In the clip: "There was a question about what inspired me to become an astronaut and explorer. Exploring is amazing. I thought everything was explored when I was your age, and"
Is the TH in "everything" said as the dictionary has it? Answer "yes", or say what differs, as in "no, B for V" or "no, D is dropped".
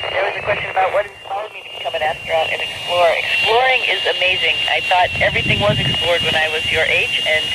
yes